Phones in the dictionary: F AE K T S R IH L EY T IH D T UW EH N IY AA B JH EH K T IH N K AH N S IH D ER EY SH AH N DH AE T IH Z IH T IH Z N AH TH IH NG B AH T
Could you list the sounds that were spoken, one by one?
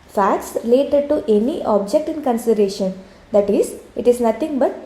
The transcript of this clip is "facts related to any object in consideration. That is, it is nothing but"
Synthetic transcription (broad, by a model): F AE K T S R IH L EY T IH D T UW EH N IY AA B JH EH K T IH N K AH N S IH D ER EY SH AH N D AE T IH Z IH T IH Z N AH T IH NG B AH T